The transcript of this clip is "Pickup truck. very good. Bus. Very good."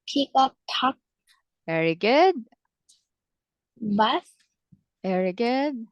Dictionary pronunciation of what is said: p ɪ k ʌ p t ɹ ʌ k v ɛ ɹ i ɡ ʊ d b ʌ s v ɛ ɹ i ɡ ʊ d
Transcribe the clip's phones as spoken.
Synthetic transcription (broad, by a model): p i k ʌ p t ɔ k v ɛ ɹ i ɡ ʊ d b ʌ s v ɛ ɹ i ɡ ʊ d